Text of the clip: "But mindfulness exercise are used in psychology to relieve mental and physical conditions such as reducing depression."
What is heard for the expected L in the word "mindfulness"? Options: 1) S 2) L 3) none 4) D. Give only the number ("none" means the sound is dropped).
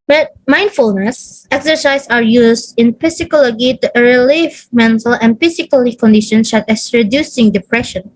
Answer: 2